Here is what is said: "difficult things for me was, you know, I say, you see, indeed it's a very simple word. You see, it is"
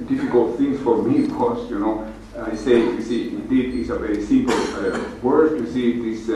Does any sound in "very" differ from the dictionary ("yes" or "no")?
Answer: no